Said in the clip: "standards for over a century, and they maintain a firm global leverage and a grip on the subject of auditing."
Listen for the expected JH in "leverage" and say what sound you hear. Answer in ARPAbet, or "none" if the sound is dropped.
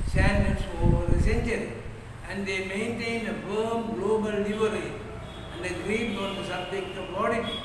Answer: none